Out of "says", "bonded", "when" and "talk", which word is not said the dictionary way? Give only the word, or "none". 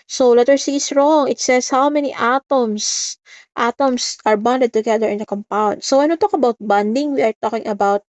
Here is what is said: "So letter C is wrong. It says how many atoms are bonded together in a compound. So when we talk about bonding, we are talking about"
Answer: says